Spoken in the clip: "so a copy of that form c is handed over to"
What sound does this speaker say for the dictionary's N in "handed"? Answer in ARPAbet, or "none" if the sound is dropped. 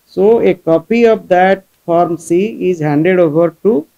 N